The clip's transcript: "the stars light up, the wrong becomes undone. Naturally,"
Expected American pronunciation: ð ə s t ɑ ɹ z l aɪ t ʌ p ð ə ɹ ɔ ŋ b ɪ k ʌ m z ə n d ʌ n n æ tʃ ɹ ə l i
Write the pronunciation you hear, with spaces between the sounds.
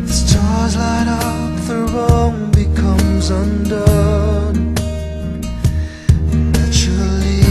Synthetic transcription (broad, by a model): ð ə s t ɑ ɹ z l aɪ t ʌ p ð ə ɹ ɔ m b ɪ k ʌ m z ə n d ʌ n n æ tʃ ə l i